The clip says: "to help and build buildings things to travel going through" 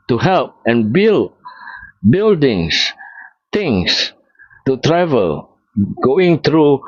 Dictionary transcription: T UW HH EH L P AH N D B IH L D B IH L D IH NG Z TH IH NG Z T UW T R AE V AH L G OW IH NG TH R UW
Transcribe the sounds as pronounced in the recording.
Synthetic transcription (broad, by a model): T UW HH EH L P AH N B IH L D B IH L D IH NG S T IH NG S T UW T R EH V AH L G OW IH NG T R UW